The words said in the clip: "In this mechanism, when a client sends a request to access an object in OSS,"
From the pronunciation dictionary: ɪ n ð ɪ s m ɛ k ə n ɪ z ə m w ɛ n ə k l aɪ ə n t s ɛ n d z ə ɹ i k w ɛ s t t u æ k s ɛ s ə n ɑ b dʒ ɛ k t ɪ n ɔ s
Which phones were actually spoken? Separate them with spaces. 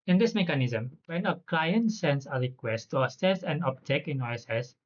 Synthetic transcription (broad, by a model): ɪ n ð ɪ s m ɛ k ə n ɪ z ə m w ɛ n ə k l aɪ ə n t s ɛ n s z ə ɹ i k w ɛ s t t u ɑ s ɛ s ə n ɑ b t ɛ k ɪ n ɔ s